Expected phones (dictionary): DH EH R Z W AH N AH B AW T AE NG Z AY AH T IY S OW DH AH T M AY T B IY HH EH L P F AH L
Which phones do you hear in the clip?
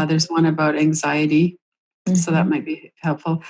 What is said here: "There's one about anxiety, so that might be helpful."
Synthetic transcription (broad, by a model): DH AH R Z W AH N AH B AW T AE NG Z AY AH T IY S OW DH AH T M AY T B IY HH EH L P F L